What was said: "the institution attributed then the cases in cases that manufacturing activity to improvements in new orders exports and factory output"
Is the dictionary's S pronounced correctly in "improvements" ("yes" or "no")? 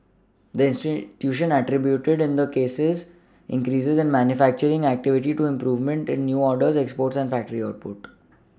no